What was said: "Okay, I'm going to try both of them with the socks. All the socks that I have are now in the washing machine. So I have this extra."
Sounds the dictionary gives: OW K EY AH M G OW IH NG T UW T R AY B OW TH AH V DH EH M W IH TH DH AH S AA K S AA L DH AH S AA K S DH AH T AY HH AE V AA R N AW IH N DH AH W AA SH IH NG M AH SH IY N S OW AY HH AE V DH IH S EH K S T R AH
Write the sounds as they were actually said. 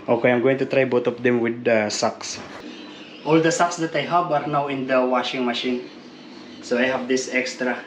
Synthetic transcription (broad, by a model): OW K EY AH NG G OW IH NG T UW T R AY B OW T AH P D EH M W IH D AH S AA K S AA L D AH S AA K S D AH T AY HH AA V AA R N AW IH N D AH W AA SH IH NG M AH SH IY N S OW AY HH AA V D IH S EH K S T R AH